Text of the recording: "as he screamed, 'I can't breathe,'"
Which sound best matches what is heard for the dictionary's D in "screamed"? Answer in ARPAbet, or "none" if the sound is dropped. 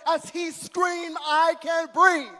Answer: none